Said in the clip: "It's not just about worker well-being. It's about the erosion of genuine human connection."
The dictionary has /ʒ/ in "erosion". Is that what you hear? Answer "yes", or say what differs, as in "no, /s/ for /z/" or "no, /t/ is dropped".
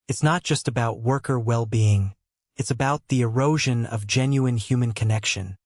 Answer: yes